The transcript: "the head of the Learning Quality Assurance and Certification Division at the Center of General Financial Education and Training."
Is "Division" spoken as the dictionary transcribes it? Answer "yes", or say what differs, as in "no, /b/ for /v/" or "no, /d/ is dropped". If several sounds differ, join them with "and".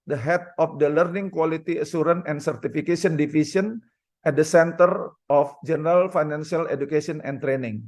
no, /s/ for /ʒ/